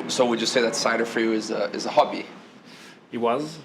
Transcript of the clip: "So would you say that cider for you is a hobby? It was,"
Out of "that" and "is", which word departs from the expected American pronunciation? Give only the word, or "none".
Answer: none